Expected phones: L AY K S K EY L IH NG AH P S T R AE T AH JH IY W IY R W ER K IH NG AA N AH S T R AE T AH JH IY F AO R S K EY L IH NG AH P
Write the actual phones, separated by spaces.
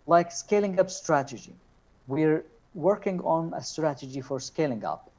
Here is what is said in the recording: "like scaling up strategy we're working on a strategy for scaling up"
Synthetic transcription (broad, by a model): L AY K S K EY L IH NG AH P S T R AE T AH JH IY W IY R W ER K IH NG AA N AH S T R AE T AH JH IY F AO R S K EY L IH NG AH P